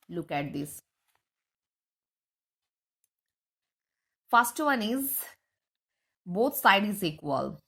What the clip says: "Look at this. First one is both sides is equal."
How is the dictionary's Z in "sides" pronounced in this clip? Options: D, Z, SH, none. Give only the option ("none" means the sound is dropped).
none